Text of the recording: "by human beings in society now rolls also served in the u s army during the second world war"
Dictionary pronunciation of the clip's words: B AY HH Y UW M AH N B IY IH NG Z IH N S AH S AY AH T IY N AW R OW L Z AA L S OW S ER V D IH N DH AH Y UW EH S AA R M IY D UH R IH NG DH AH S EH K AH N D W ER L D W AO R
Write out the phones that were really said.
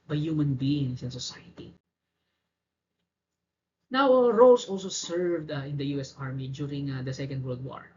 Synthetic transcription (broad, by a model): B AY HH Y UW M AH N B IY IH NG S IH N S AH S AY AH T IY N AW R OW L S AA L S OW S ER V D IH N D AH Y UW EH S AA R M IY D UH R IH NG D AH S EH K AH N D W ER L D W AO R